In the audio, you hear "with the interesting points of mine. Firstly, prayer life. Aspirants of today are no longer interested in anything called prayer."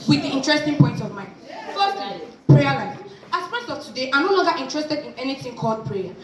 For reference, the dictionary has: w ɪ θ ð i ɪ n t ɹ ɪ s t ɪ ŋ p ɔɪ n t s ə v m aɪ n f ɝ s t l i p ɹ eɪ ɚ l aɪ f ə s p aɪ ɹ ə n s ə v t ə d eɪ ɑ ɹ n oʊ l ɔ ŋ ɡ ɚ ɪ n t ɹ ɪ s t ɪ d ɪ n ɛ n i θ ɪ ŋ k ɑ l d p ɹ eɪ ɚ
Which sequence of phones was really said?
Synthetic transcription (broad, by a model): w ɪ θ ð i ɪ n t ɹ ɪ s t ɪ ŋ p ɔɪ n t ə v m aɪ n f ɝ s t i p ɹ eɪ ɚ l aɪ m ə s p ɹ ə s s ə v t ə d eɪ ɑ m n oʊ l ɔ ŋ ɡ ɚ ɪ n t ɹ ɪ s t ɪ d ɪ n ɛ n i θ ɪ ŋ k ɑ l d p ɹ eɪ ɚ